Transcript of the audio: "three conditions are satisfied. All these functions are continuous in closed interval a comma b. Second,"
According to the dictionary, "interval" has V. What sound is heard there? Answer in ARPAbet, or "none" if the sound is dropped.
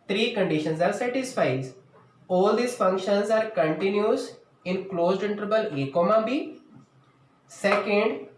B